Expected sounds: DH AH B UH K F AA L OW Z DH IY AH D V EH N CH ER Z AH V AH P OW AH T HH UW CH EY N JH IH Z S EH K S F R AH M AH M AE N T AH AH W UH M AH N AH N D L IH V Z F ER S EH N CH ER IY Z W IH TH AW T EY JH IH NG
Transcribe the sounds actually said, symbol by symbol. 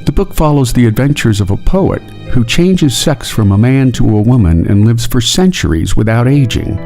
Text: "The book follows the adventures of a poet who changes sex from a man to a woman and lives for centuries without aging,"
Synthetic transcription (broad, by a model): DH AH B UH K F AA L OW Z DH IY AH D V EH N CH ER Z AH V AH P OW AH T HH UW CH EY N JH IH Z S EH K S F R AH M AH M AE N T AH AH W UH M AH N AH N L IH V Z F ER S EH N CH ER IY Z W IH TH AW T EY JH IH NG